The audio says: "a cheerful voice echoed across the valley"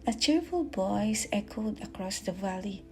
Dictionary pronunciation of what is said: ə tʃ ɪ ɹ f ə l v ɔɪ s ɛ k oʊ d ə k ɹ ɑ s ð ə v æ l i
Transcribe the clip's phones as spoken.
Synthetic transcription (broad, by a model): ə tʃ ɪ ɹ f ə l b ɔɪ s ɛ k oʊ d ə k ɹ ɑ s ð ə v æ l i